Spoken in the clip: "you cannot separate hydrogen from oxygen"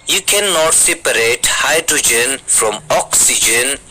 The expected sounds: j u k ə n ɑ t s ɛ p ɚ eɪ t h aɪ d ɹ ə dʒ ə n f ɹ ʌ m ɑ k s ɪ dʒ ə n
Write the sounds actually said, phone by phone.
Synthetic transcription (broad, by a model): j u k ə n ɑ t s ɛ p ɚ eɪ t h aɪ d ɹ ə dʒ ə n f ɹ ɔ m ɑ k s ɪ dʒ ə n